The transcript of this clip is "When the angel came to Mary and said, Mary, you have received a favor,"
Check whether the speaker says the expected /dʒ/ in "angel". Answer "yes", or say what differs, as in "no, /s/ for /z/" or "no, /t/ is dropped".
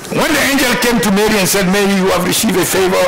yes